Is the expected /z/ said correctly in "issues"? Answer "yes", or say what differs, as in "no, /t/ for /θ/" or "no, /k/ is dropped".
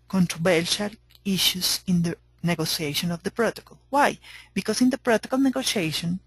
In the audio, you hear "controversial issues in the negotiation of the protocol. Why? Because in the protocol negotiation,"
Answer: no, /s/ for /z/